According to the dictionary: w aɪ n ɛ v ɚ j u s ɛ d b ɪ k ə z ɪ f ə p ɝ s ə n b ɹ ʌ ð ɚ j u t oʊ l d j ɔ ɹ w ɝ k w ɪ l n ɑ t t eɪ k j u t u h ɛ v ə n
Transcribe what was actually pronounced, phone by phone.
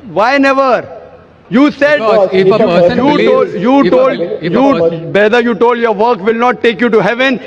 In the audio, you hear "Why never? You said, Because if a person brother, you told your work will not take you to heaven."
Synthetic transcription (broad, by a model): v aɪ n ɛ v ɚ j u s ɛ d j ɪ ə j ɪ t ə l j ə b ɛ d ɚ j u t oʊ l d j ɔ ɹ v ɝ k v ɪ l n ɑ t t eɪ k j u t u h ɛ v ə n